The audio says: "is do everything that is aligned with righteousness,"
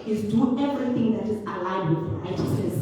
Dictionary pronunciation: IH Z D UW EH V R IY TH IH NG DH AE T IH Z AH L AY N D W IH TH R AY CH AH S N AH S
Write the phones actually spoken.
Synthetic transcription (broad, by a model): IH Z D UW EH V R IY T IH NG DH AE T IH Z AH L AY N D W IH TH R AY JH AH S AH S